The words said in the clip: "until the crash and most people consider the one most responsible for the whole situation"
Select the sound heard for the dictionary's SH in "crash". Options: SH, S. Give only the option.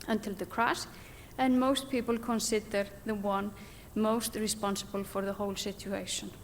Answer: S